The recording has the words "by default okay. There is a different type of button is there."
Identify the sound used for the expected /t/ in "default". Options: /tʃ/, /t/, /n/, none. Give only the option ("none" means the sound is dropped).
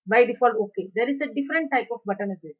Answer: none